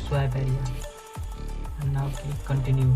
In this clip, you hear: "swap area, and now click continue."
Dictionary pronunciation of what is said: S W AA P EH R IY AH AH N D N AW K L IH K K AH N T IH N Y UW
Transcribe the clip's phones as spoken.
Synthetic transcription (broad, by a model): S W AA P EH R IY AH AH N N AW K IY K K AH N T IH N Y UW